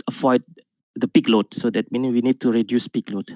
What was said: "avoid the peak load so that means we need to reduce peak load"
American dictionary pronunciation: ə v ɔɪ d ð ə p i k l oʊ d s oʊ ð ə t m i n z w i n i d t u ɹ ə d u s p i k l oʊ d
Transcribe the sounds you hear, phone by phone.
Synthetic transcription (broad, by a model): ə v ɔɪ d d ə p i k l oʊ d s oʊ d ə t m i n w i n i d t u ɹ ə d u s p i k l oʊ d